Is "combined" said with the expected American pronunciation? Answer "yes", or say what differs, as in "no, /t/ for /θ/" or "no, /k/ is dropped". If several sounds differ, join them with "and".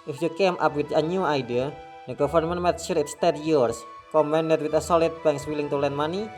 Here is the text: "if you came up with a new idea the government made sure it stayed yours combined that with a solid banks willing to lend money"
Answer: no, /b/ is dropped